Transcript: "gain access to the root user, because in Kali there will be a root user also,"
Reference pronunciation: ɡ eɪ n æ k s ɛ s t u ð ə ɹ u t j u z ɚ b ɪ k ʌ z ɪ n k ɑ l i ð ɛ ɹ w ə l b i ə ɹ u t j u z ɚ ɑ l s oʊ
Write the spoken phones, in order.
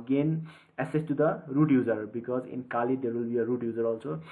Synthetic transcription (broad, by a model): ɡ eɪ n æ s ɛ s t u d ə ɹ u t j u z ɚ b ɪ k ʌ z ɪ n k ɑ l i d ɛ ɹ w ə l b i ə ɹ u t j u z ɚ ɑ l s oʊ